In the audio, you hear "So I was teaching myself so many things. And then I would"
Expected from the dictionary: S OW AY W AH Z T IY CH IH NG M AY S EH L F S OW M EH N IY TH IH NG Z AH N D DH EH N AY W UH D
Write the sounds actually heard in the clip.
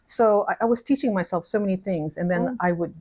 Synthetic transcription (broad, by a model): S OW AY W AH Z T IY CH IH NG M AY S EH L F S OW M EH N IY TH IH NG Z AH N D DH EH N AY W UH D